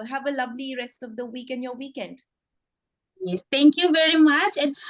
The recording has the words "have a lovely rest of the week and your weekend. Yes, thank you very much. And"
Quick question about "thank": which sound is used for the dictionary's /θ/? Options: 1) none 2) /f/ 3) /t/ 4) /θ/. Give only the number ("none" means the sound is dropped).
3